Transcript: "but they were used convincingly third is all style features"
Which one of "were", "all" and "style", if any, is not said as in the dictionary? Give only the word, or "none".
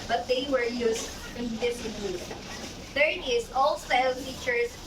style